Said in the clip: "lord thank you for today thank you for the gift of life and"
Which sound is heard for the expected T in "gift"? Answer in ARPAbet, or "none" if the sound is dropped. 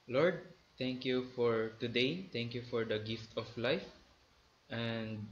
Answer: T